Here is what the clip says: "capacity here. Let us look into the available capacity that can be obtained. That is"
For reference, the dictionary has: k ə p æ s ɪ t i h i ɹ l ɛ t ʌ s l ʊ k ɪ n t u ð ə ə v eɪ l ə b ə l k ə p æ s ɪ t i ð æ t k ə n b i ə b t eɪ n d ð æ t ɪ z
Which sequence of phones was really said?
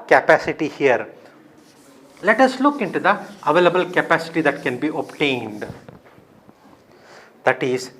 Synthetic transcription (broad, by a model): k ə p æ s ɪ t i h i ɹ l ɛ t ʌ s l ʊ k ɪ n t u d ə ə v eɪ l ə b ə l k ə p æ s ɪ t i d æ t k ə n b i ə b t eɪ n d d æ t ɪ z